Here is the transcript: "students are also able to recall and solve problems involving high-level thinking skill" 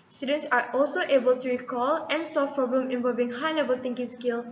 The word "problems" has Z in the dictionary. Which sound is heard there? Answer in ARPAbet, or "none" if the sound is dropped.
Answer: none